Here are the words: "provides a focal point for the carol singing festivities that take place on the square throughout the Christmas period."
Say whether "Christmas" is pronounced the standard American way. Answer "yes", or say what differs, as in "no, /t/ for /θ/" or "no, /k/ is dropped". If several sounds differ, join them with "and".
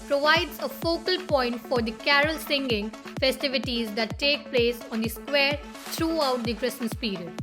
no, /m/ is dropped